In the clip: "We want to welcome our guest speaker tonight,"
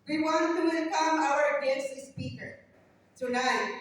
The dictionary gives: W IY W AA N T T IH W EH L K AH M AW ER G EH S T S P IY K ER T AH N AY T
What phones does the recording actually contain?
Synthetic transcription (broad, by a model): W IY W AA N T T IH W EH N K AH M AW ER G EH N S S P IY K ER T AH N AY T